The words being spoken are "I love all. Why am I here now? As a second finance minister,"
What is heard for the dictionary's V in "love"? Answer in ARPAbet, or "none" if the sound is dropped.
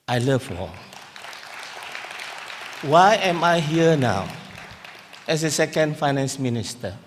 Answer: F